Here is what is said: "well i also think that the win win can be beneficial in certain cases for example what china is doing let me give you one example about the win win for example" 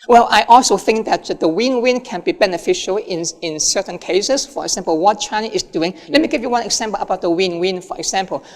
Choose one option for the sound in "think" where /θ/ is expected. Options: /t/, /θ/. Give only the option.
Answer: /θ/